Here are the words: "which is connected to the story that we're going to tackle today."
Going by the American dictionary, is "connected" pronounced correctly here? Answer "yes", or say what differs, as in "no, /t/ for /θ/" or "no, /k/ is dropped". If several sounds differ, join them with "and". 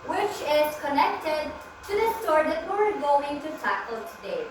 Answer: yes